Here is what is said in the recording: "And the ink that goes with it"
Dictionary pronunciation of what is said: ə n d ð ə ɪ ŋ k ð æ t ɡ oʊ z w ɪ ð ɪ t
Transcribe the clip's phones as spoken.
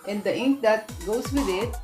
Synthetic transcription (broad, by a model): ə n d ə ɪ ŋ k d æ t ɡ oʊ s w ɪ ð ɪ t